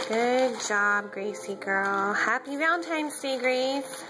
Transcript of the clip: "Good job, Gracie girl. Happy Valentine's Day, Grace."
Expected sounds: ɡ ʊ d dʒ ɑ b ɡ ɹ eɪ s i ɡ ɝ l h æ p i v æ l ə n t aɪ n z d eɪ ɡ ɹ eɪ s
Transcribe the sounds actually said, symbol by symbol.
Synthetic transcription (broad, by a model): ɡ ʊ d dʒ ɑ b ɡ ɹ eɪ s i ɡ ɝ l h æ p i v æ ə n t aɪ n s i ɡ ɹ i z